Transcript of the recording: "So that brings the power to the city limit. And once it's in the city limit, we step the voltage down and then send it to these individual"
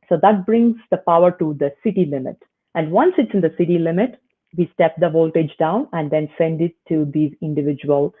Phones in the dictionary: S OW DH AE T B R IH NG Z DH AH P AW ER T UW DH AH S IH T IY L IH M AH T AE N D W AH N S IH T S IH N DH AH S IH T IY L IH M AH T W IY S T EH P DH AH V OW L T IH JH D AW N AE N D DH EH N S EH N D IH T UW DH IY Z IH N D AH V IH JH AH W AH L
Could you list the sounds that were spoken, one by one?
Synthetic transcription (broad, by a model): S OW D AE T B R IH NG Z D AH P AW ER T UW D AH S IH T IY L IH M AH T AE N D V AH N S IH T S IH N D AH S IH T IY L IH M AH T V IY S T EH P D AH V OW L T IH JH D AW N AE N D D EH N S EH N D IH T UW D IY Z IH N D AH V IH JH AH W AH L